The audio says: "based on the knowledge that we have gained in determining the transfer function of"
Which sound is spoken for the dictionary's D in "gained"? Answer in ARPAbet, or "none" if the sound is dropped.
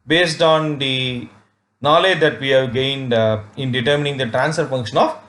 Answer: D